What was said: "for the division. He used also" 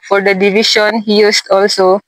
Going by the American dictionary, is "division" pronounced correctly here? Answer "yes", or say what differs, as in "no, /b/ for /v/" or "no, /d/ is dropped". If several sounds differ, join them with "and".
no, /ʃ/ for /ʒ/